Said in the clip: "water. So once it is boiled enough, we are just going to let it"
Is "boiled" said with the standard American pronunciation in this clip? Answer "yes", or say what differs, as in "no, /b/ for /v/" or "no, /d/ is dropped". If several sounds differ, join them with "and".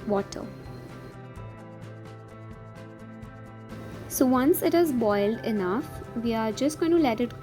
yes